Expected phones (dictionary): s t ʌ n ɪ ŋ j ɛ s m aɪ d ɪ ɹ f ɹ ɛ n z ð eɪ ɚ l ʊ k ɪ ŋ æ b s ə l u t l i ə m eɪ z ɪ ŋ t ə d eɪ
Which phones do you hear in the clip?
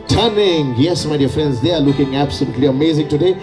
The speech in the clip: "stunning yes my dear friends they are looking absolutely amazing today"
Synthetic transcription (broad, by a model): t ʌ n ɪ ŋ j ɛ s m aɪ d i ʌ f ɹ ɛ n z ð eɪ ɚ l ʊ k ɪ ŋ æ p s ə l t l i ə m eɪ z ɪ ŋ t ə d eɪ